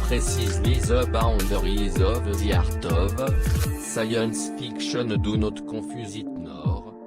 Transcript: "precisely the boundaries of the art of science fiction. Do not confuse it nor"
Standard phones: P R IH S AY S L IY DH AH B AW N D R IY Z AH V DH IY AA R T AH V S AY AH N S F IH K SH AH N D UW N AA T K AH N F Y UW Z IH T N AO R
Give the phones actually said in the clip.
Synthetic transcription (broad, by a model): P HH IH S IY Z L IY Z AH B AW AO D R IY Z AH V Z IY AA R T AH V S AY AH N S F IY K SH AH N D UW N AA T K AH F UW Z IH T N AO R